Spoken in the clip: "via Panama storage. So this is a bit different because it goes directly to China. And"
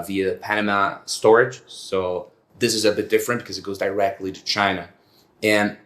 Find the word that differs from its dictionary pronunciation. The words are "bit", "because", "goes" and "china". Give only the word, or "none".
none